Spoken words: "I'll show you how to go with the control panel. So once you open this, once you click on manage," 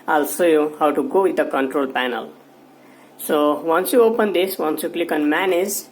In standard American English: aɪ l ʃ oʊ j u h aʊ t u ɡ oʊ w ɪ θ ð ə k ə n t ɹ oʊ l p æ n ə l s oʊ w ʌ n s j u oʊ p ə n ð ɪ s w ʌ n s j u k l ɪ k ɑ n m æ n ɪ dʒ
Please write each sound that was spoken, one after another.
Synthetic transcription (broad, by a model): aɪ l s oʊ j u h aʊ t u ɡ oʊ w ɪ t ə k ə n t ɹ oʊ l p æ n ə l s oʊ w ʌ n s j u oʊ p ə n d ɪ s w ʌ n s j u k l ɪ k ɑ n m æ n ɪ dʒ